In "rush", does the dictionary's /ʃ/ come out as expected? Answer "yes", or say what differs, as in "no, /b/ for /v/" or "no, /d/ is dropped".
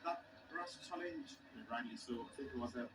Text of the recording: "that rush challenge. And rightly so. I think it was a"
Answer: no, /s/ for /ʃ/